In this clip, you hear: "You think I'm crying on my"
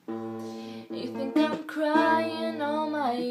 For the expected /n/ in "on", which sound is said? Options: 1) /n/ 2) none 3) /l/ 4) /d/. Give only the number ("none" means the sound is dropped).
3